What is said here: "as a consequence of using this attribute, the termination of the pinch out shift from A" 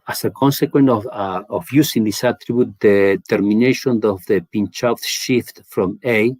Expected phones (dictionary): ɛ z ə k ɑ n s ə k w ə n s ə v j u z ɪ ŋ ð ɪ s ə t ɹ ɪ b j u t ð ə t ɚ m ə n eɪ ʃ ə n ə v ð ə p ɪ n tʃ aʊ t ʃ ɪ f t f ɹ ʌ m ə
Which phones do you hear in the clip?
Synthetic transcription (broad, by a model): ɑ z ə k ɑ n s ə k w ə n ə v j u s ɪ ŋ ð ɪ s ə t ɹ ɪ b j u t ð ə t ɚ m ə n eɪ ʃ ə n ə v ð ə p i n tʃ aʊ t ʃ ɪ f t f ɹ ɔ m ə